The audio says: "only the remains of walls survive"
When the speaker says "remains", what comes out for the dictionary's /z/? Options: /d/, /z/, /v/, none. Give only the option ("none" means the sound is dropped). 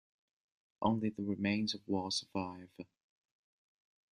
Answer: /z/